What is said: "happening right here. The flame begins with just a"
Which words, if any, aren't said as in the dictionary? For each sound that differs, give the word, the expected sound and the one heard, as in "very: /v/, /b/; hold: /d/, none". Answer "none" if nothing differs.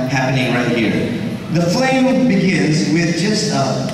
none